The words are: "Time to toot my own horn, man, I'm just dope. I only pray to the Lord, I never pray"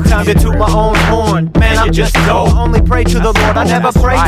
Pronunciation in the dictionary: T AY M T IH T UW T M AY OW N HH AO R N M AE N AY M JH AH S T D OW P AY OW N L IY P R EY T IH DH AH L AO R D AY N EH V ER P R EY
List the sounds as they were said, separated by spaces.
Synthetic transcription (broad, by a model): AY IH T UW M AY OW N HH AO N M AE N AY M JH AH S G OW UH OW N L IY P R EY T IH DH AH L AO R D AY N EH V ER P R EY